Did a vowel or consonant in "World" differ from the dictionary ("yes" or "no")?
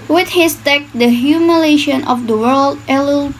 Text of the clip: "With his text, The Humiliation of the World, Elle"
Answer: no